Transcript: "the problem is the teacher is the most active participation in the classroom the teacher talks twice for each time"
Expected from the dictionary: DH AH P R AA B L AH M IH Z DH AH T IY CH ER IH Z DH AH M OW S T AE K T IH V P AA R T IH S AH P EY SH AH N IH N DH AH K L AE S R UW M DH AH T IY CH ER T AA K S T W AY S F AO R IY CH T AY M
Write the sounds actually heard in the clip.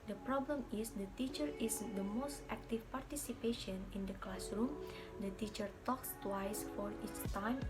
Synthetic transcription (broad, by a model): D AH P R AA B L AH M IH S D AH T IY CH ER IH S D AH M OW S T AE K T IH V P AA R T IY S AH P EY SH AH N IH N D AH K L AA S R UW M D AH T IY CH ER T AA K S T W AY S F AO R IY S T AY M